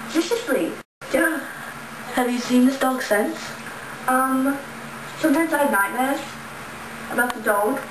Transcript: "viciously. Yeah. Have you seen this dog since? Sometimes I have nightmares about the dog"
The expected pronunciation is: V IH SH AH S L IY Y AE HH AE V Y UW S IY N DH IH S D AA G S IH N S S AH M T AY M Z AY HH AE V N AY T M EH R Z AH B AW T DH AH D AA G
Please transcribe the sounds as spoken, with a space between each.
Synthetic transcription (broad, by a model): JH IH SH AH S L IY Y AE HH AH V Y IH S IY N DH IH S D AA G S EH N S S AH M T AY M Z AY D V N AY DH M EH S AH B AW T DH AH D AA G